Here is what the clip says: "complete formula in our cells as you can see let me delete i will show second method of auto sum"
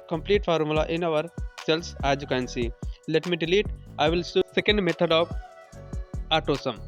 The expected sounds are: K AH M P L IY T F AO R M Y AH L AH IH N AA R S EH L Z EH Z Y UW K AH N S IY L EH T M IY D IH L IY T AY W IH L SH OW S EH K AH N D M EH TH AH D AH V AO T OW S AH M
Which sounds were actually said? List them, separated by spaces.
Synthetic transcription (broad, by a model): K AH M P L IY T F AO R M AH L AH IH N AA R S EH L S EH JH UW K AH N S IY L EH T M IY D IH L IY T AY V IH L S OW S EH K AH N D M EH T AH D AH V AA T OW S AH M